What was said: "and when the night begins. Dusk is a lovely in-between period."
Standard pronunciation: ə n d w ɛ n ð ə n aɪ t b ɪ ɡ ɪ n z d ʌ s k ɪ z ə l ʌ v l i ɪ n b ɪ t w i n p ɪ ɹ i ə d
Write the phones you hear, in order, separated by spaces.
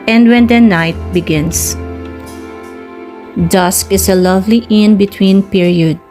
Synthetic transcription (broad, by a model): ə n d w ɛ n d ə n aɪ t b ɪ ɡ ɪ n s d ʌ s k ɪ s ə l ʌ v l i ɪ n b ɪ t w i n p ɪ ɹ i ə d